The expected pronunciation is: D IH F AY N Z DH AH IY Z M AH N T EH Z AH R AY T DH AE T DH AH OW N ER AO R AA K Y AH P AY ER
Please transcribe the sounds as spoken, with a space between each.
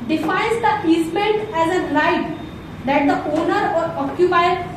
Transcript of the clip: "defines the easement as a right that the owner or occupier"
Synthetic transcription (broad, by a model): D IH F AY N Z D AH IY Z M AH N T EH Z AH L AY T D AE T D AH OW N ER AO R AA K Y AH P AY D